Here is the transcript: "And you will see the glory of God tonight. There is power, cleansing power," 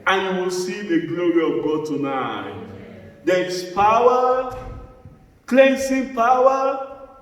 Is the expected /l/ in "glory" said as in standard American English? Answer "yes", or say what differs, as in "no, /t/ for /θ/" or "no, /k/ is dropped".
yes